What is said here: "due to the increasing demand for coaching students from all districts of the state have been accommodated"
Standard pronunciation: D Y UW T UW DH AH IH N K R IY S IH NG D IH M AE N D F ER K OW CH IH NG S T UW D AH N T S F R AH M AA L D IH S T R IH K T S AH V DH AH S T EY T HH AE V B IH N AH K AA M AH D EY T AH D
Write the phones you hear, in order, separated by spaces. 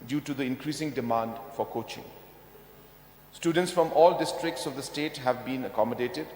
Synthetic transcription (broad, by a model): D Y UW T UW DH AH IH N K R IY S IH NG D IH M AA N D F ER K OW CH IH NG S T UW D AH N T S F R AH M AA L D IH S T R IH K T S AH V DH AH S T EY T HH AE V B IH N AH K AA M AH D EY T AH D